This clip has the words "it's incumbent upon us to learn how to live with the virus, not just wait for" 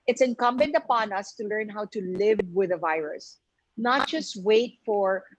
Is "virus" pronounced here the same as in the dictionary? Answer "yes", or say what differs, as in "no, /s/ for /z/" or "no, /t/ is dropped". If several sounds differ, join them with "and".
yes